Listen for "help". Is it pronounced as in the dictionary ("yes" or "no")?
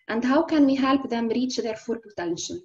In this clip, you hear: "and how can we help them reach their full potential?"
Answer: yes